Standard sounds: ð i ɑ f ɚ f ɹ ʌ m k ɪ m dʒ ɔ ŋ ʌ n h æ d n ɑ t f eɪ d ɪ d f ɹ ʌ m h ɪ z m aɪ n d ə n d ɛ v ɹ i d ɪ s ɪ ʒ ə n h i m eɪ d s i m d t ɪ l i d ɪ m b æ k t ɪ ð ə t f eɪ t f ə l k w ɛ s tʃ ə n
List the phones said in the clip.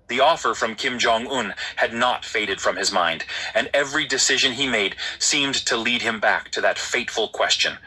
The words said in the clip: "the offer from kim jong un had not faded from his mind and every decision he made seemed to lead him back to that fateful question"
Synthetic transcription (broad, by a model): ð i ɑ f ɚ f ɹ ʌ m k ɪ m dʒ ɔ ŋ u n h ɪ d n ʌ t f eɪ d ɪ d f ɹ ʌ m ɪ z m aɪ n d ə n ɛ v ɹ i d ɪ s ɪ ʒ ə n i m eɪ d s i m t ɪ l i d ɪ m b æ k t ɪ ð ə t f eɪ t f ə l k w ɛ s tʃ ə n